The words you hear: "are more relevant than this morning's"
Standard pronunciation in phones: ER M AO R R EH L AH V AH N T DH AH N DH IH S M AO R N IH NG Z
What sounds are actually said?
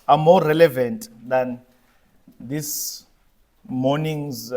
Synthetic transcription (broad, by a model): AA M AO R R EH L AH V AH N T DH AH N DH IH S M AO N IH NG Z